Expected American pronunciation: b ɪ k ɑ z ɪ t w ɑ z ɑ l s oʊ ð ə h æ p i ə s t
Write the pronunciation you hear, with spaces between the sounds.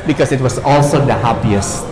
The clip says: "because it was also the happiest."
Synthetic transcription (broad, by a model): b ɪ k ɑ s ɪ t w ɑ s ɑ l s oʊ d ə h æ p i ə s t